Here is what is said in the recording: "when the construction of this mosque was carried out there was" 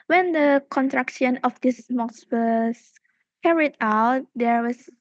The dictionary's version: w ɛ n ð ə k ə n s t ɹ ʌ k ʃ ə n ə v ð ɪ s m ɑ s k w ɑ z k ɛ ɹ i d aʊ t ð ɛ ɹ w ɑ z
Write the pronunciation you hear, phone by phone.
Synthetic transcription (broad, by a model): w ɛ n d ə k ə n t ɹ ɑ k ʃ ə n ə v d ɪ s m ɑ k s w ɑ s k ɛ ɹ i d aʊ t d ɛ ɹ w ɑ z